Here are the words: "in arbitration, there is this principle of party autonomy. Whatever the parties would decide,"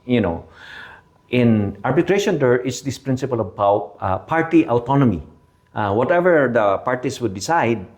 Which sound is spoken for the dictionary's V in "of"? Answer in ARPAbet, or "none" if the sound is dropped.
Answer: B